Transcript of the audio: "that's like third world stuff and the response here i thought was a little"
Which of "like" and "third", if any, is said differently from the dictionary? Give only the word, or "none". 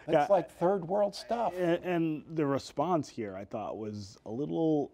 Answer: none